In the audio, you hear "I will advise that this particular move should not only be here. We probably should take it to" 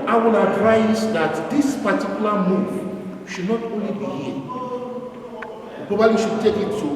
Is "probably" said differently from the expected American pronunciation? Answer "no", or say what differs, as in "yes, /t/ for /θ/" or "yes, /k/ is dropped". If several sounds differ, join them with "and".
yes, /b/ is dropped